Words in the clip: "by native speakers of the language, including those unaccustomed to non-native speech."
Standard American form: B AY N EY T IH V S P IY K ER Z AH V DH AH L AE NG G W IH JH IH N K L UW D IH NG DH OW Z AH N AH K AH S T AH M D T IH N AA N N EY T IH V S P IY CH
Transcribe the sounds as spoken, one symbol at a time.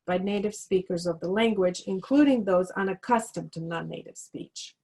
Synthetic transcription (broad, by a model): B AY N EY T IH V S P IY K ER Z AH V DH AH L AE NG G W IH JH IH N K L UW D IH NG DH OW Z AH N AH K AH S T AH M T IH N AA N N EY T IH V S P IY CH